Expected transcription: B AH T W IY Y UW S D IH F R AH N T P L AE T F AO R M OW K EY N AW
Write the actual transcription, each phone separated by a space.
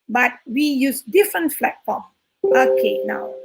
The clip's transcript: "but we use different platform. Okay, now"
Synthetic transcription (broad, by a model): B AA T W IY Y UW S D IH F R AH N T F L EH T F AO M OW K EY N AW